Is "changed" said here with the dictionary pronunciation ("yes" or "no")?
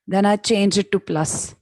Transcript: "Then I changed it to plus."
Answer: no